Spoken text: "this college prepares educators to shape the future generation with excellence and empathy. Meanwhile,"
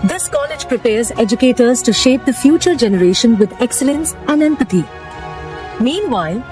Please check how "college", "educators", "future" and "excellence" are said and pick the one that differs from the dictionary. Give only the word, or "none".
none